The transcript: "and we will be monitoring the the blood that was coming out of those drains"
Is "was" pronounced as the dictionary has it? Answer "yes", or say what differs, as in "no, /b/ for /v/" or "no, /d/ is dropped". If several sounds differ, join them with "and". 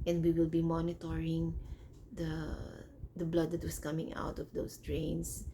no, /s/ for /z/